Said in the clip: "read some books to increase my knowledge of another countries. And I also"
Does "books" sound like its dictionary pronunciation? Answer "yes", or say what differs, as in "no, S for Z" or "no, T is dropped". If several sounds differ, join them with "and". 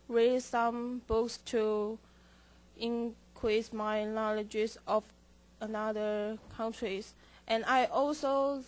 yes